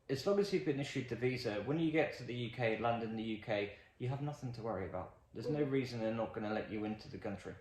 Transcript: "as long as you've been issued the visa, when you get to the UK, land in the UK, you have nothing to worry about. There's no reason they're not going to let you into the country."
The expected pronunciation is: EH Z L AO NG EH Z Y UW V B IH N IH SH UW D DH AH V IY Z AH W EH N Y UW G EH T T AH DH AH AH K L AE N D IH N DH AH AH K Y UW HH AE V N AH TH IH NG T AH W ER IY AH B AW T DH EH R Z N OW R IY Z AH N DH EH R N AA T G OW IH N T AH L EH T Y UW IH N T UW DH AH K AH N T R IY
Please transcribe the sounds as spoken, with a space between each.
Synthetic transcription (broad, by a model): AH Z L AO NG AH Z Y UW V B IH N IH SH UW D DH AH V IY Z AH W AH N Y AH G EH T T AH DH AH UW K L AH N D IH N DH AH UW K Y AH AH V N AH TH IH NG T AH W ER IY AH B AW T DH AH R Z N OW R IY Z AH N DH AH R N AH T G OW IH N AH L EH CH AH IH N T UW DH AH K AH N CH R IY